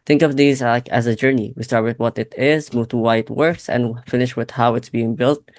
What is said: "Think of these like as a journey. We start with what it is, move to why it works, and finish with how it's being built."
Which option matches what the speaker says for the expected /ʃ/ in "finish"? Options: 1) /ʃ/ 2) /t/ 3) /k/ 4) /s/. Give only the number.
1